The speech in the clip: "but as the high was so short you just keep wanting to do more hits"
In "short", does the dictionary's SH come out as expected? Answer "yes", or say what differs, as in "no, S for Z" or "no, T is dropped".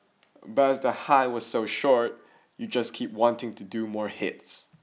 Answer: yes